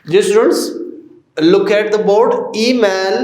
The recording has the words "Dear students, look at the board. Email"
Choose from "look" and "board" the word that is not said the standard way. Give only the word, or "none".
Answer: none